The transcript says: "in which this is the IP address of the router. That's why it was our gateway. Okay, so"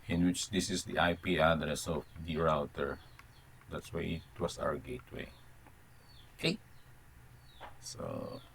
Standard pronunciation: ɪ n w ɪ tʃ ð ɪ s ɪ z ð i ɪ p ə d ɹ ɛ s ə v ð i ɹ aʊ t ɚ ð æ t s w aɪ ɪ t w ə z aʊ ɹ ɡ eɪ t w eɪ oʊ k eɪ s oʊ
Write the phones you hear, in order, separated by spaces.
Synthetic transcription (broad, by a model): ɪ n w ɪ tʃ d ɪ s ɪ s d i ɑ p ə d ɹ ɛ s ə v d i ɹ aʊ t ɚ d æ t s w aɪ ɪ t w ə s aʊ ɹ ɡ eɪ t w eɪ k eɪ s oʊ